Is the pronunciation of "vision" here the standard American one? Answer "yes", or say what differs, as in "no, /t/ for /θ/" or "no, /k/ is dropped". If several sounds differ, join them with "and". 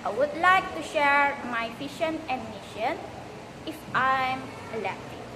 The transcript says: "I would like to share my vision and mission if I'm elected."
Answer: no, /p/ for /v/ and /ʃ/ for /ʒ/